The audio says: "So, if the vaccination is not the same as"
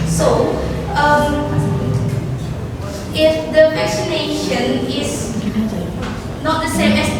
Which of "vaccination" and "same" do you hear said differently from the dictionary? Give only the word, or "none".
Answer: vaccination